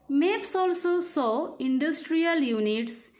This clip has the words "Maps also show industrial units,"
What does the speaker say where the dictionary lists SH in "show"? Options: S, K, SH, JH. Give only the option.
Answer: S